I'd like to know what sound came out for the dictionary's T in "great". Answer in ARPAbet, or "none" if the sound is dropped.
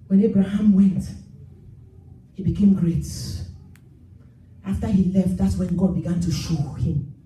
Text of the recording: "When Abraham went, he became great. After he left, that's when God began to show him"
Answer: T